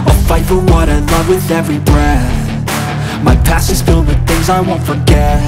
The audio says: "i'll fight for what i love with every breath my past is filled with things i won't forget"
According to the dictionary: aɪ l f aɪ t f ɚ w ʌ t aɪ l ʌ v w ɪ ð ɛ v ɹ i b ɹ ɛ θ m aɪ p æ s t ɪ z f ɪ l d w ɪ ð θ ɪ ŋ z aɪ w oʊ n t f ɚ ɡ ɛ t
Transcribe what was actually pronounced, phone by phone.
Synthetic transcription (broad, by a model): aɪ f aɪ t f ɚ w ʌ t aɪ l ʌ v w ɪ ð ɛ v ɹ i b ɹ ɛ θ m aɪ p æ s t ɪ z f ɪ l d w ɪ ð θ ɪ ŋ z aɪ w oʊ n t f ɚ ɡ ɛ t